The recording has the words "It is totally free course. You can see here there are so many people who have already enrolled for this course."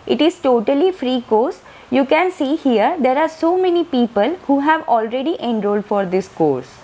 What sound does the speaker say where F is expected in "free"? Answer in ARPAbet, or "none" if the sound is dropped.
F